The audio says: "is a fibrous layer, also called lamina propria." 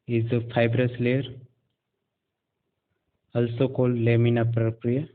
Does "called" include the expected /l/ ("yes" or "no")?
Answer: yes